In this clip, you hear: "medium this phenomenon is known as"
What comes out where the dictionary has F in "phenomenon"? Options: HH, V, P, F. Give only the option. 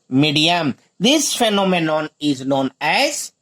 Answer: F